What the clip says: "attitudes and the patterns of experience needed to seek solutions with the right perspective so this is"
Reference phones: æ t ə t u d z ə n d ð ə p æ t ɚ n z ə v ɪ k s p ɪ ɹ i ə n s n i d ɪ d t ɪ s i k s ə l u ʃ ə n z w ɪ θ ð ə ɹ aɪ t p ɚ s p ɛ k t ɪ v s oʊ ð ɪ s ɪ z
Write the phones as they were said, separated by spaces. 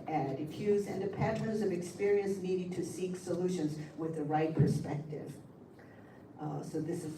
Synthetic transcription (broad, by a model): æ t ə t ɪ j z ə n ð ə p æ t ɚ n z ə v ɪ k s p ɪ ɹ i ə n s n i d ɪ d t ɪ s i k s ə l u ʃ ə n z w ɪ ð ə ɹ aɪ t p ɚ s p ɛ k t ɪ v s oʊ ð ɪ s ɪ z